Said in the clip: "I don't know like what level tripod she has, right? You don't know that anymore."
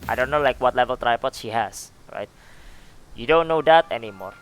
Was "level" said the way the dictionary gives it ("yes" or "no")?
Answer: yes